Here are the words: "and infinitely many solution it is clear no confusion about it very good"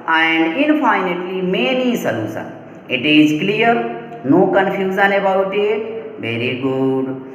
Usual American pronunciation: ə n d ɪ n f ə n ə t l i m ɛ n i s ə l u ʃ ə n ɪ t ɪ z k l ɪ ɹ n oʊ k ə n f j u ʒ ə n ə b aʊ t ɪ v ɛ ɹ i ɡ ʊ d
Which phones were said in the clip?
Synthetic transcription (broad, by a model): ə n d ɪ n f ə n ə t l i m ɛ n i s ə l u s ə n ɪ t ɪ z k l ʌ ɹ n oʊ k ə n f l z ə n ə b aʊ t ɪ v ɛ ɹ i ɡ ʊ d